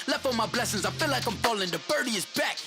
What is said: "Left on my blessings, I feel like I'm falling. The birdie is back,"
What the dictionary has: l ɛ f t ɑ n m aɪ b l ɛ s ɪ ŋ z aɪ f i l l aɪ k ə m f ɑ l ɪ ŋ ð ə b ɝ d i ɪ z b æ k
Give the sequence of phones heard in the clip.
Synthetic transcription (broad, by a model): l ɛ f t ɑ m aɪ b l ɛ s ɪ ŋ z aɪ f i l l aɪ k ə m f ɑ l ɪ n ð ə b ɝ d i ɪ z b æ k